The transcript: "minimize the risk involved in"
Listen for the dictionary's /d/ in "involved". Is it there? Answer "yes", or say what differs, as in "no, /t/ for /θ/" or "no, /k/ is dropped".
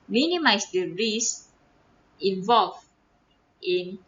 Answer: no, /d/ is dropped